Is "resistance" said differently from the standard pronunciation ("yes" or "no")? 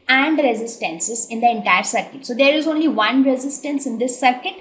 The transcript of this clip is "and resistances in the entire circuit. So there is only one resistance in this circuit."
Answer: no